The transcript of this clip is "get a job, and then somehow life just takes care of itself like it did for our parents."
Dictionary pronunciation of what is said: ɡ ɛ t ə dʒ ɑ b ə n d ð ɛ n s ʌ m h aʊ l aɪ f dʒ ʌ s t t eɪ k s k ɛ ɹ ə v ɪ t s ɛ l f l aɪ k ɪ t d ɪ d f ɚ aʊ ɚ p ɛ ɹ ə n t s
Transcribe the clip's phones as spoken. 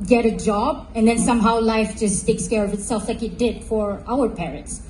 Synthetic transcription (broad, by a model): ɡ ɛ t ə dʒ ɑ b ə n d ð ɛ n s ʌ m h aʊ l aɪ f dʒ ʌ s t t eɪ k s k ɛ ɹ ə v ɪ t s ɛ l f l aɪ k ɪ t d ɪ d f ɚ aʊ ɚ p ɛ ɹ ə n t s